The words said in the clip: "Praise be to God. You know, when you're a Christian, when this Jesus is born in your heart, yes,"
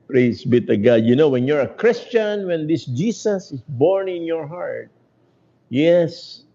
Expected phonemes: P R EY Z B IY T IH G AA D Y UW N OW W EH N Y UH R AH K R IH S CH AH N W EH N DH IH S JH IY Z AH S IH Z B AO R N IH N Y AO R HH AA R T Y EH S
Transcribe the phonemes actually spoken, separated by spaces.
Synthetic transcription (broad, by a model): P R EY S B IY T IH G AA D Y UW N OW W EH N Y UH R AH K R IH S CH AH N W EH N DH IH S JH IY S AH S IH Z B AO R N IH N Y AO R HH AA R T Y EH S